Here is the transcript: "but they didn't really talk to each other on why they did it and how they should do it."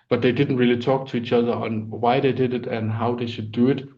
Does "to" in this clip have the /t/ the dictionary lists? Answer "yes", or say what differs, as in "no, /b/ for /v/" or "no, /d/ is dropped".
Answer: yes